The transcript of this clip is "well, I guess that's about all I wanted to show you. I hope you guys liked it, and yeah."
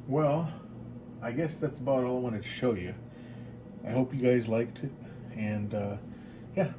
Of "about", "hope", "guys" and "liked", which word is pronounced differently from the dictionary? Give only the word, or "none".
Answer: none